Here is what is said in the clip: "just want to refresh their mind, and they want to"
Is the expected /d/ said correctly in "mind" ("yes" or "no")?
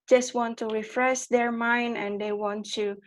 yes